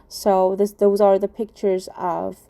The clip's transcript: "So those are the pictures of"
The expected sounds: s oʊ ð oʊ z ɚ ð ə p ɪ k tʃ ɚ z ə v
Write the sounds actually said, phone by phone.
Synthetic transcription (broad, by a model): s oʊ ð oʊ z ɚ ð ə p ɪ k tʃ ɚ z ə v